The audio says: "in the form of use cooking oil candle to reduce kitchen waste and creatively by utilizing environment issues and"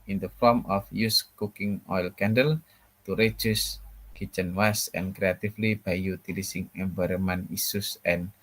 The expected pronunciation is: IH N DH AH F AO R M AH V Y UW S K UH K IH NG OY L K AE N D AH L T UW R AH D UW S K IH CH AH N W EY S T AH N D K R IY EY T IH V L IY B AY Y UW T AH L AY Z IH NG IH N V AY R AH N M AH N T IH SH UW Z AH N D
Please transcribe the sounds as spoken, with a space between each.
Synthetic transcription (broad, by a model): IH N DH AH F AO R M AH F Y UW S K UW K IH NG OY L K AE N D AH L T UW R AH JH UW S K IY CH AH N W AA S AH N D K R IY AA T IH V L IY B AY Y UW T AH L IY S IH NG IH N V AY R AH M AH N IY S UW S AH N